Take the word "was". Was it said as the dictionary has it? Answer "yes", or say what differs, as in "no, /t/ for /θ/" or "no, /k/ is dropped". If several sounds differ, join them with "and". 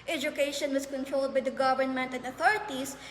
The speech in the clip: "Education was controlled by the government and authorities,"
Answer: no, /s/ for /z/